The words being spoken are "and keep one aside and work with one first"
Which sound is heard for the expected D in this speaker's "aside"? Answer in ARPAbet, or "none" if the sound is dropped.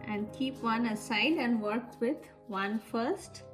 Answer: D